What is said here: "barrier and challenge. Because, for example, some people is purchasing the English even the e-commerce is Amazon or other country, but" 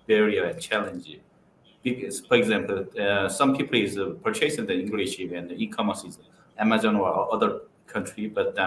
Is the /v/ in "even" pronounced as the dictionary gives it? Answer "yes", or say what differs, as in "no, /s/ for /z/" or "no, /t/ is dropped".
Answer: no, /p/ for /v/